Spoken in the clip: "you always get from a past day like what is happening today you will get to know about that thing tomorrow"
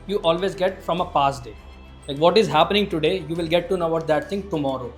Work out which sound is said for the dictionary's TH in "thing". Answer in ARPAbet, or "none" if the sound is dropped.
T